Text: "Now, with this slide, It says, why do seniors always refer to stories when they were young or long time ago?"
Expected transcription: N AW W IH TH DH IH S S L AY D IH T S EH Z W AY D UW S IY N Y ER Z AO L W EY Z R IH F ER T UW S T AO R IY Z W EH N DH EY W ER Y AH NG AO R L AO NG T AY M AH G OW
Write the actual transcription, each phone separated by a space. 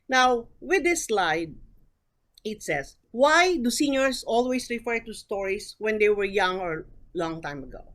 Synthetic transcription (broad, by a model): N AW W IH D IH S S L AY D IH T S EH S W AY D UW S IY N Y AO S AO L W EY S R IH F ER T UW S T AO R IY S W EH N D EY W ER Y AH NG AO R L AO NG T AY M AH G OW